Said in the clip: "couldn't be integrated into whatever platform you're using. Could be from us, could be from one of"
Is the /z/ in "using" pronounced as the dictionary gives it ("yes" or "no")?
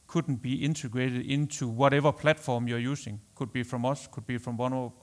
no